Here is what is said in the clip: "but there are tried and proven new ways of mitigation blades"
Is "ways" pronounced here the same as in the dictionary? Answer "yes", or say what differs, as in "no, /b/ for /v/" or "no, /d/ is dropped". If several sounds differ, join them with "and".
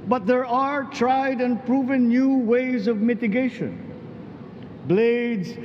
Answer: yes